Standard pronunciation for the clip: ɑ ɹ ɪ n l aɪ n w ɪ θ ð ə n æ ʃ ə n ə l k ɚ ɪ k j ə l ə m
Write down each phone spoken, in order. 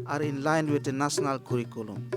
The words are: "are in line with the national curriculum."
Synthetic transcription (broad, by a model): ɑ ɹ ɪ n l aɪ n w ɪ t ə n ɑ s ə n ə l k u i k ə l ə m